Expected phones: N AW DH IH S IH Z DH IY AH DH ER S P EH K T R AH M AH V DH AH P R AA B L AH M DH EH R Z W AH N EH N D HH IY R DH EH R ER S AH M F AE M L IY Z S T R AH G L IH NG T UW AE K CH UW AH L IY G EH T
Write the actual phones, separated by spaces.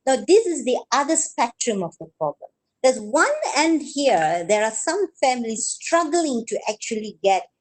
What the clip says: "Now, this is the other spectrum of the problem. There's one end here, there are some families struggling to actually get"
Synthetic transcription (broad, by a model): N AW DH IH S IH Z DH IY AH DH ER S P EH K T R AH M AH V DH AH P R AA B L AH M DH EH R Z W AH N EH N D HH IY R DH EH R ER S AH M F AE M L IY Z S T R AH G L IH NG T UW AE K CH UW AH L IY G EH T